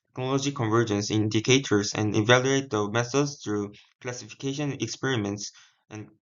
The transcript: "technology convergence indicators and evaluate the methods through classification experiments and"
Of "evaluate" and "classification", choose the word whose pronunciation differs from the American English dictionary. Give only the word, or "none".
none